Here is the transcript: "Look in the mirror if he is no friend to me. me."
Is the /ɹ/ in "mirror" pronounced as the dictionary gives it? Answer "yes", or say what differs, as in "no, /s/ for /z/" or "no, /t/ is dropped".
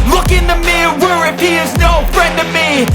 no, /w/ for /ɹ/